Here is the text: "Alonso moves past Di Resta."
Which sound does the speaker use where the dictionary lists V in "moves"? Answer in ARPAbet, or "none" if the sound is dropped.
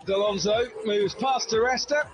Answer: V